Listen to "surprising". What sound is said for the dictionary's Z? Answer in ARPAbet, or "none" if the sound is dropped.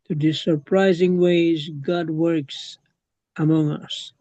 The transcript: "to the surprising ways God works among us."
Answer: Z